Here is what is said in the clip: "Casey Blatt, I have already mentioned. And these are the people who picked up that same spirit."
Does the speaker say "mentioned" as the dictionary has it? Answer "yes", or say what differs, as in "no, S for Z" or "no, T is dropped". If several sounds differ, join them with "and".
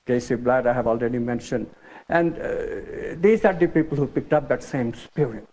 yes